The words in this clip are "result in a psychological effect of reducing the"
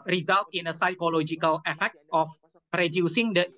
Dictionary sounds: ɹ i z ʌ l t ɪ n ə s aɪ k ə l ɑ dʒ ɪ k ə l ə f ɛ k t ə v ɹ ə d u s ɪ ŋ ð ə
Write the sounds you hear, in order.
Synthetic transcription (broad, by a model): ɹ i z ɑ l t ɪ n ə s aɪ k ə l ɑ dʒ ɪ k ə l ə f ɛ k t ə p ɹ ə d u s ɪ ŋ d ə